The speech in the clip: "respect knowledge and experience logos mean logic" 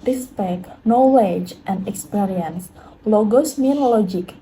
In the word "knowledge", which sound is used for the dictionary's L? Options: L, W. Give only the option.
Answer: W